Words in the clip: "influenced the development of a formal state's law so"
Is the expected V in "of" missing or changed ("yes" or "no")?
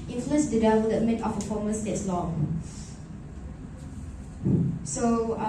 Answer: yes